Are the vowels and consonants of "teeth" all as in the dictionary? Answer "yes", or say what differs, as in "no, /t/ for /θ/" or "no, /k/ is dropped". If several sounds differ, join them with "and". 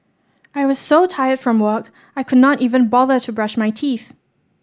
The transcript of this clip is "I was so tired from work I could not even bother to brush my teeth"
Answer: yes